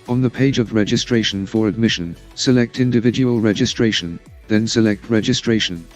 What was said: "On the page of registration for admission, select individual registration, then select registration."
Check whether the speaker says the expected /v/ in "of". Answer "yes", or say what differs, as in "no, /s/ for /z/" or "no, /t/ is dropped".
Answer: yes